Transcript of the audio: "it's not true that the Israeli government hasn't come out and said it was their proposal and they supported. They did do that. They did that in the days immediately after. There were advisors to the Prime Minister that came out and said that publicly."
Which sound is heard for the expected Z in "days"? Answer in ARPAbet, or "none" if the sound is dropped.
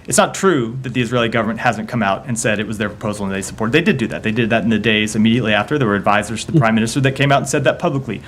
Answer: Z